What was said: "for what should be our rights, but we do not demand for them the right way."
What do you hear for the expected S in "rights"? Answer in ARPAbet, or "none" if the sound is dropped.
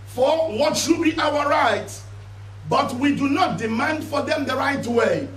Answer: none